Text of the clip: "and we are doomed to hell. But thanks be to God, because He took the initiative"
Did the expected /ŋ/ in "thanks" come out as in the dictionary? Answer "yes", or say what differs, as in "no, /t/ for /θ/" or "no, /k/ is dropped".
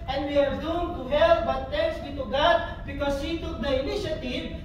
no, /ŋ/ is dropped